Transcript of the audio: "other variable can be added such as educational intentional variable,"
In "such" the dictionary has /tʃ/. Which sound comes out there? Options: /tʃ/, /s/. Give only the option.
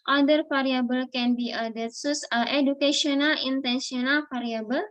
/s/